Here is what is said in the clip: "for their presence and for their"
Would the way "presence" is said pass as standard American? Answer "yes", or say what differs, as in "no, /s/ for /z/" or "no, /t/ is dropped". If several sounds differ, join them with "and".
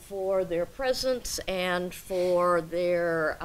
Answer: yes